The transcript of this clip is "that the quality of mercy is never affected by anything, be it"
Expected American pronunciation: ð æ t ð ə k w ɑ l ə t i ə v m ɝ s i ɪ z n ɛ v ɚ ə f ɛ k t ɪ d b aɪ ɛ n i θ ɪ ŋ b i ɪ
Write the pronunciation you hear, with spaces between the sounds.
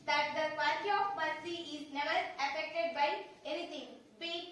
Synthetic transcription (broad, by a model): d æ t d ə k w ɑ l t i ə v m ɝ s i ɪ z n ɛ v ɚ ə f ɛ k t ɪ d b aɪ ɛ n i t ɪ ŋ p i